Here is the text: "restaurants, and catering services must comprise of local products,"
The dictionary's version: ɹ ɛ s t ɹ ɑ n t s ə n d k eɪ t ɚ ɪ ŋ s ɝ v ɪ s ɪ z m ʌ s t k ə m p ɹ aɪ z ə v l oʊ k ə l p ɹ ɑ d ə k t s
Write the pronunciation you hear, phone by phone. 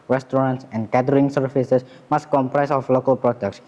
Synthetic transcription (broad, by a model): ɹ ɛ s t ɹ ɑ n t s ə n d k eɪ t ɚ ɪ ŋ s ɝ f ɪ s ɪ s m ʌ s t k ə m p ɹ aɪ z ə f l oʊ k ə l p ɹ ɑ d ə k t s